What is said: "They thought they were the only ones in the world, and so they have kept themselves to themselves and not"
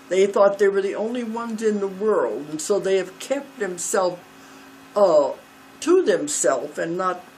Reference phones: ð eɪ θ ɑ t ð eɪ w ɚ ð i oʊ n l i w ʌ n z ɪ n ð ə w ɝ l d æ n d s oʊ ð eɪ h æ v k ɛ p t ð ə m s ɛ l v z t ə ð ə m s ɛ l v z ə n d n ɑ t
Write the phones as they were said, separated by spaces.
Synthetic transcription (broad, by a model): ð eɪ θ ɑ t ð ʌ w ɚ ð i oʊ n l i w ʌ n z ɪ n ð ə w ɝ l d n s oʊ ð eɪ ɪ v k ɛ p t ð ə m s ɛ l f t ə ð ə m s ɛ l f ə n n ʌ t